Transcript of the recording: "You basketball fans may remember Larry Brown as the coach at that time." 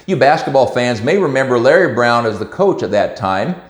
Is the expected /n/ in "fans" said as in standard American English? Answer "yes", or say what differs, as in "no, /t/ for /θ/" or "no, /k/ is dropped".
yes